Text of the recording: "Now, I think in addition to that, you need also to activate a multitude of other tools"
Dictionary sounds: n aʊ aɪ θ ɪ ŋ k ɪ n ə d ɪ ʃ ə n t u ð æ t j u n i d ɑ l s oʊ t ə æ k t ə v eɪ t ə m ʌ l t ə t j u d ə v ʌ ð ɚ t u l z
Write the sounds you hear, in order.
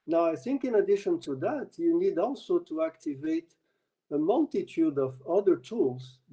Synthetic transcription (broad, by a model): n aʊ aɪ θ ɪ ŋ k ɪ n ə d ɪ ʃ ə n t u ð æ t j u n i d ɑ l s oʊ t ə æ k t ə v eɪ t ə m ʌ l t ə t j u d ə v ʌ ð ɚ t u l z